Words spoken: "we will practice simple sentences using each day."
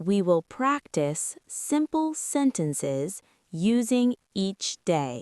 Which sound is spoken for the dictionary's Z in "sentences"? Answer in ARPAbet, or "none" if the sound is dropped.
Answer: Z